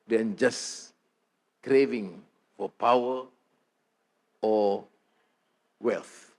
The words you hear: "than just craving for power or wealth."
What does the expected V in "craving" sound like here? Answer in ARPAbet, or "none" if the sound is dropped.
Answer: V